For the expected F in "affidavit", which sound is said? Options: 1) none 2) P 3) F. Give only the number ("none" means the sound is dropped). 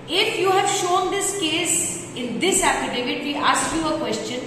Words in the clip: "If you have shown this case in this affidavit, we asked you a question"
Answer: 2